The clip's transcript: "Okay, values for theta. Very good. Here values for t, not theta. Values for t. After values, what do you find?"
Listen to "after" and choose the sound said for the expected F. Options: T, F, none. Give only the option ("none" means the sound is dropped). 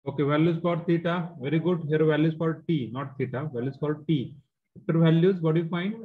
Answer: none